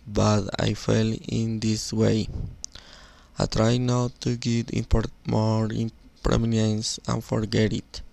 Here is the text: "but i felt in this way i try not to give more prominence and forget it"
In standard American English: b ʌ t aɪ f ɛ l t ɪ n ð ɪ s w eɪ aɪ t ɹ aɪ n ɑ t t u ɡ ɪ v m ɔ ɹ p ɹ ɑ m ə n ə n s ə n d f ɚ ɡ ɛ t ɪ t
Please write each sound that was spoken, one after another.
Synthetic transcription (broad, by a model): b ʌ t aɪ f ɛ l ɪ n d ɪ s w eɪ aɪ t ɹ aɪ n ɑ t t u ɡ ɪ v m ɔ ɹ p ɹ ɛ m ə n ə n s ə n f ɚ ɡ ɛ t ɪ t